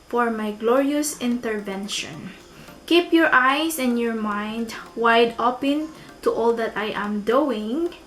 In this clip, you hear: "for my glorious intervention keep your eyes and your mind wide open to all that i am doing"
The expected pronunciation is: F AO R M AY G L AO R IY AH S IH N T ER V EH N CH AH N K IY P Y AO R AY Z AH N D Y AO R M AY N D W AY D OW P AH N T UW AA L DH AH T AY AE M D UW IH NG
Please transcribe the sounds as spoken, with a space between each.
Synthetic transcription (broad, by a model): F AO R M AY G L AO R IY AH S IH N T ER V EH N SH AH N K IY P Y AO R AY S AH N Y AO R M AY N D W AY D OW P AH N T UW AA L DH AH T AY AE M D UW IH NG